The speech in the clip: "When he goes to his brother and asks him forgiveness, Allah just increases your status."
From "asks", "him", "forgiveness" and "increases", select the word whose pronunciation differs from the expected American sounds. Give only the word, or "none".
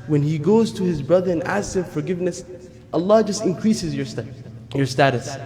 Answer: none